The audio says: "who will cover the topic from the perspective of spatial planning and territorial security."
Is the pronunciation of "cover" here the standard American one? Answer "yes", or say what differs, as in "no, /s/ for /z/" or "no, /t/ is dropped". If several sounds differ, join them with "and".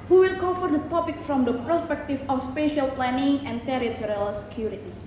no, /f/ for /v/